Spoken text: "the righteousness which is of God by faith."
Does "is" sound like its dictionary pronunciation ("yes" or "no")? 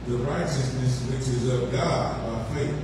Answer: yes